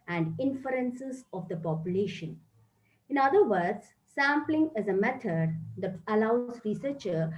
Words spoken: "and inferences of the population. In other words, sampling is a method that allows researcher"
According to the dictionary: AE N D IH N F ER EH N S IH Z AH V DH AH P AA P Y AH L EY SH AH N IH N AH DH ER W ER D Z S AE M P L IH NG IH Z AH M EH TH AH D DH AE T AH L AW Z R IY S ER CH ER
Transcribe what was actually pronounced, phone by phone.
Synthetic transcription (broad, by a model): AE N D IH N F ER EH N S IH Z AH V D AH P AA P Y AH L EY SH AH N IH N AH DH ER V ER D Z S AE M P L IH NG IH Z AH M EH T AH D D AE T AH L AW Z R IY S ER CH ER